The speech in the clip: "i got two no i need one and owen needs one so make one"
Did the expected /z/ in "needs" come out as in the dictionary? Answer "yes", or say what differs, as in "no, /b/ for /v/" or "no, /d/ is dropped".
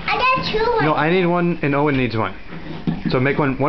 yes